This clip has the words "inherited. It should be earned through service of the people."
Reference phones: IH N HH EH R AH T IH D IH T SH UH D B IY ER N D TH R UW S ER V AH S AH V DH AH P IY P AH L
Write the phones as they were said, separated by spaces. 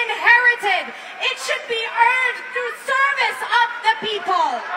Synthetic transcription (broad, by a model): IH N HH EH R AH T IH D IH T SH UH D B IY ER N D TH R UW S ER V AH S AH V DH AH P IY P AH L